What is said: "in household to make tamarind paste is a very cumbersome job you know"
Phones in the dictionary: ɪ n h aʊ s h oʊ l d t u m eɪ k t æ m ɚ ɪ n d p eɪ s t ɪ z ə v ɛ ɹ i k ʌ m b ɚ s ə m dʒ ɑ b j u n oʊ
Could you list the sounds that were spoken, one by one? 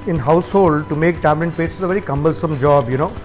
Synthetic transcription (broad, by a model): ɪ n h aʊ s h oʊ l d t u m eɪ k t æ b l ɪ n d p eɪ s ɪ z ə v ɛ ɹ i k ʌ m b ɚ s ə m dʒ ɑ b j u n oʊ